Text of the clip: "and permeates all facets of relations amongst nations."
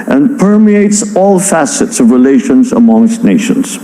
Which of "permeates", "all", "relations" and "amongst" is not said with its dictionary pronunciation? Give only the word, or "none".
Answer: none